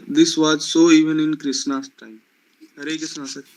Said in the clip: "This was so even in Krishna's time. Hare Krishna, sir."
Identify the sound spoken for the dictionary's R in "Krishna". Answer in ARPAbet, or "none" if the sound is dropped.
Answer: none